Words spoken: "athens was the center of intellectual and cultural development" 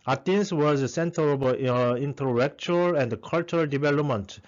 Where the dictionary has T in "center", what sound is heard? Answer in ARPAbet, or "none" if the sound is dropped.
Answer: T